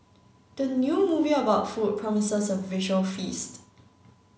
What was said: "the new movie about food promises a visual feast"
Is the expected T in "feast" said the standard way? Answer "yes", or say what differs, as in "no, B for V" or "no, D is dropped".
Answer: yes